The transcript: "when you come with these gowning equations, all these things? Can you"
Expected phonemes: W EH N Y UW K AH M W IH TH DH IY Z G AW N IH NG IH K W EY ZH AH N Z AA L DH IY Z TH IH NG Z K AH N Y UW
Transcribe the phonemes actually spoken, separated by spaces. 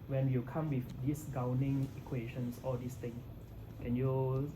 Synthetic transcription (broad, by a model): W EH N Y UW K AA M W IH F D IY S G AW N IH NG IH K W EY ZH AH N S AA L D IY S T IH NG K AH N Y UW